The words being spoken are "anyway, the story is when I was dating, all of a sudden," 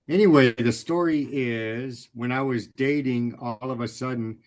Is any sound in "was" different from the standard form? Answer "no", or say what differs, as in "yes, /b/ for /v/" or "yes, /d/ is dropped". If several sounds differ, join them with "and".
no